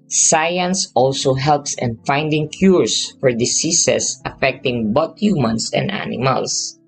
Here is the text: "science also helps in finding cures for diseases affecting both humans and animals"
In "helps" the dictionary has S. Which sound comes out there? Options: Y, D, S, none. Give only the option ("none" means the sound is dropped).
S